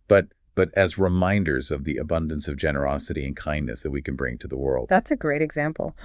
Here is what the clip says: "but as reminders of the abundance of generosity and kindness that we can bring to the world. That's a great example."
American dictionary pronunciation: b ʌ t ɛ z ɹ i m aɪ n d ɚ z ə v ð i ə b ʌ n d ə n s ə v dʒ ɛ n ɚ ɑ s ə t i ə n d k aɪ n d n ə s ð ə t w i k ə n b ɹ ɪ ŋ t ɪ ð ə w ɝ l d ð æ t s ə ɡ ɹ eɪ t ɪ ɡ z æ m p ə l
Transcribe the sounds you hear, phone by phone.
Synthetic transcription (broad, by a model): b ʌ t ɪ z ɹ i m aɪ n d ɚ z ə v ð i ə b ʌ n d ə n s ə v dʒ ɛ n ɚ ɑ s ə t i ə n k aɪ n n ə s ð ə t w i k n b ɹ ɪ ŋ t ɪ ð ə w ɝ l d ð æ t s ə ɡ ɹ eɪ t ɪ ɡ z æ m p l